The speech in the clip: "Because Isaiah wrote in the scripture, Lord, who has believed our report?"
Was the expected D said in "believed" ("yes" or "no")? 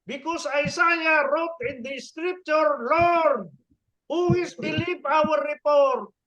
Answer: no